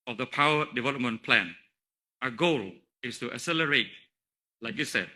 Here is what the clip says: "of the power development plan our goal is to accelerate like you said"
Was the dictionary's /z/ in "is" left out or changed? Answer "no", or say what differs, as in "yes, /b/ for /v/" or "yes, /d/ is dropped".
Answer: yes, /s/ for /z/